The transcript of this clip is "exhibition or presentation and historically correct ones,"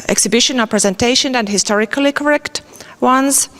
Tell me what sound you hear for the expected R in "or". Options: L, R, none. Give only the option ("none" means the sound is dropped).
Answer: L